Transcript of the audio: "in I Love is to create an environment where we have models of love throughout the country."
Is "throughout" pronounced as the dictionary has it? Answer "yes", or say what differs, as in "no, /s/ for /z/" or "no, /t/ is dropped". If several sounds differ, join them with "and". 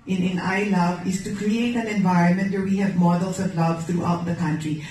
no, /t/ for /θ/